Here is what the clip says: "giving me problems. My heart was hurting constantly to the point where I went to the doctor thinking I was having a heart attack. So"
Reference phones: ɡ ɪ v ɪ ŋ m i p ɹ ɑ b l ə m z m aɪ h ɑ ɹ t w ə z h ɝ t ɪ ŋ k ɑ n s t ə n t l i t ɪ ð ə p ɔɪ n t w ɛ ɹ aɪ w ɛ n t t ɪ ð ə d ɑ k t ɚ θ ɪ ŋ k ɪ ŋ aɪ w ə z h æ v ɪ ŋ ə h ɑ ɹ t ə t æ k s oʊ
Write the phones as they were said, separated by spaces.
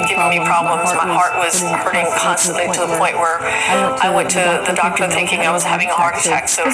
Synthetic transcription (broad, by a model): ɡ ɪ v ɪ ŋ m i p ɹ ɑ b l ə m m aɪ h ɑ ɹ t w ə z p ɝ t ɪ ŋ k ɑ n s t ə n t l i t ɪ ð ə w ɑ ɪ t w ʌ ɹ aɪ w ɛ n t t ɪ ð ə d ɑ k t ɚ θ ɪ ŋ k ɪ ŋ aɪ w ə z h æ v ɪ ŋ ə h ɑ ɹ t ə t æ k s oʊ